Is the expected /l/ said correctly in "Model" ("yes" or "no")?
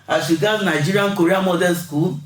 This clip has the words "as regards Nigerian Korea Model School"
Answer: no